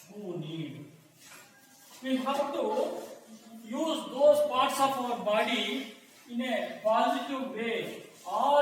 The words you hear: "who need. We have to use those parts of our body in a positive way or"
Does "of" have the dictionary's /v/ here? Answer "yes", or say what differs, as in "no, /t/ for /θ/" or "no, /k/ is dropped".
no, /p/ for /v/